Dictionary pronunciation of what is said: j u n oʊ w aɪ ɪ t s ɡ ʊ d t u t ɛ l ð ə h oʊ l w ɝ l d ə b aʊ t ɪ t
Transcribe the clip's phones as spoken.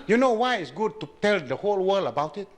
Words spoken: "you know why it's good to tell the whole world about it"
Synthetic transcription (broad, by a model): j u n oʊ w aɪ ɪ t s ɡ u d t u t ɛ l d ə h oʊ l w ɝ l ə b aʊ t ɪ t